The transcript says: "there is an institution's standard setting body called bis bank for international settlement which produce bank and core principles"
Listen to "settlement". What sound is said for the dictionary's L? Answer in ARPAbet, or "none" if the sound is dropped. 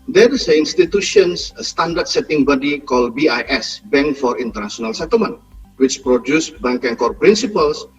none